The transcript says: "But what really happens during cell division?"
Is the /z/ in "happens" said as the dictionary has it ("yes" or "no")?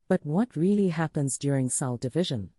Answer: yes